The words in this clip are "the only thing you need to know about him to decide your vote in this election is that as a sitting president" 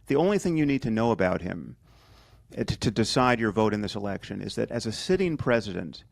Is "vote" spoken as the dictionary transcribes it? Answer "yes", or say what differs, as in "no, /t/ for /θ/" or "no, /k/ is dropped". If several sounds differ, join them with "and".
yes